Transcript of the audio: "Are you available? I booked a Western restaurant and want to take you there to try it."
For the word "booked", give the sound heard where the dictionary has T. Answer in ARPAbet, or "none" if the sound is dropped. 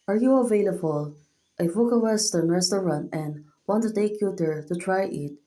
none